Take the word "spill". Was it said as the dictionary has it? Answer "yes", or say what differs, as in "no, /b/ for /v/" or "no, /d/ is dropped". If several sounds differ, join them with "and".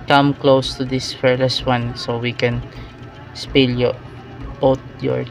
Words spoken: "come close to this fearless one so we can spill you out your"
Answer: yes